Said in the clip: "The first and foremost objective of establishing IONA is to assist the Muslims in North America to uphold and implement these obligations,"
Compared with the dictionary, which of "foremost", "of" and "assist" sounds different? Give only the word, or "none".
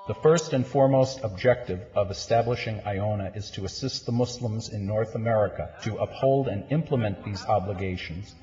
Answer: none